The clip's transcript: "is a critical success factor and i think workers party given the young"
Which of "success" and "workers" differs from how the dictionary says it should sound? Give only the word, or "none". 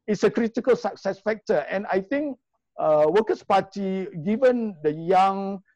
workers